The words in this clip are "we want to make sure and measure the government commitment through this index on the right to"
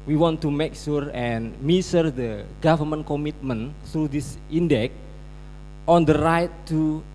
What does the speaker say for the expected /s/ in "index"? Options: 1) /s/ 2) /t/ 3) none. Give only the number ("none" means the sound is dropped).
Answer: 3